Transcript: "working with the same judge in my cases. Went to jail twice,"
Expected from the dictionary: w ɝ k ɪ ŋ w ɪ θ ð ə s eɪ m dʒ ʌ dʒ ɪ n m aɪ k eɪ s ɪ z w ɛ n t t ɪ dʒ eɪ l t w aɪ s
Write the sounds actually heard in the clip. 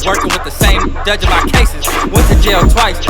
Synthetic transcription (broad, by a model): w ɝ k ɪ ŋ w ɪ ð ə s eɪ m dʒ ʌ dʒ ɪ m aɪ k eɪ s ɪ z w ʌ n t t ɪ dʒ eɪ l t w aɪ s